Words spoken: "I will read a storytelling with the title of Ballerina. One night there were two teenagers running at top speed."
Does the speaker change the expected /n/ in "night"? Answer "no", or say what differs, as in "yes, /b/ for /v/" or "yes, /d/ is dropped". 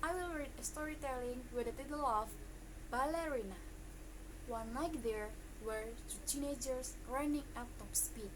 yes, /l/ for /n/